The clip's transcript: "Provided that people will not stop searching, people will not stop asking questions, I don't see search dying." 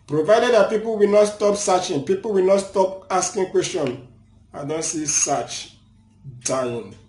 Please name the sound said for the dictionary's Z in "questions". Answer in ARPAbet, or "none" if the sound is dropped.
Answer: none